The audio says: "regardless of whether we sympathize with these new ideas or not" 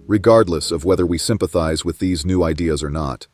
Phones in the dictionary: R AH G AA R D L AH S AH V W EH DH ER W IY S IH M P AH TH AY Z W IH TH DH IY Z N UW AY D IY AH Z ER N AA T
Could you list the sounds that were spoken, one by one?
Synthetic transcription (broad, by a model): R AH G AA R D L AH S AH V W EH DH ER W IY S IH M P AH TH AY Z W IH DH IY Z N UW AY D IY AH Z ER N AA T